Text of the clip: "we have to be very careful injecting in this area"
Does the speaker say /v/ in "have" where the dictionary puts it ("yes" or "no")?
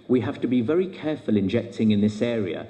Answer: no